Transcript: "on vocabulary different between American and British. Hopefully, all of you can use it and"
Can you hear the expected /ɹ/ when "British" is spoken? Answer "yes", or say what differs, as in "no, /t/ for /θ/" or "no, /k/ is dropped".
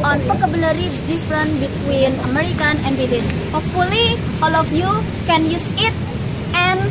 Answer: no, /ɹ/ is dropped